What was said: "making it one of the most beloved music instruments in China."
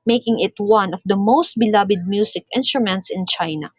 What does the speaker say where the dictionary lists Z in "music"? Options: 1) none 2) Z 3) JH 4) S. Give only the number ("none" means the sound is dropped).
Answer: 4